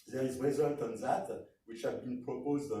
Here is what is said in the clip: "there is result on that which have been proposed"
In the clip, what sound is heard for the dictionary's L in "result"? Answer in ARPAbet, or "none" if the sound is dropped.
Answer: L